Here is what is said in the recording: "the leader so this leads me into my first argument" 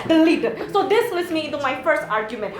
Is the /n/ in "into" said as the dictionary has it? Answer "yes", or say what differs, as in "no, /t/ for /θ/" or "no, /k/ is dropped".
yes